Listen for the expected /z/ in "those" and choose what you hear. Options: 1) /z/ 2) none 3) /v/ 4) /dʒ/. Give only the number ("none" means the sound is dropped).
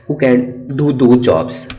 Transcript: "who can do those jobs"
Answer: 2